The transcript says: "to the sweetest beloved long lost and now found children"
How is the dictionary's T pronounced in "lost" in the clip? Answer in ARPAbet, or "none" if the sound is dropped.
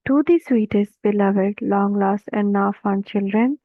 none